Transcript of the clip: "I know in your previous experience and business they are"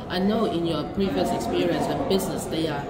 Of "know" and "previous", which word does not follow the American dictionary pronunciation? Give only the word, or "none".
none